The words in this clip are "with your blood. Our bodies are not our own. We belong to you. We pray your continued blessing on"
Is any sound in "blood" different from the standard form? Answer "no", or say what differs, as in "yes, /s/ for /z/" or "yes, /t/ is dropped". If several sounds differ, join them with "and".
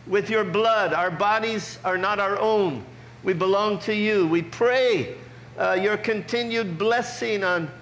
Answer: no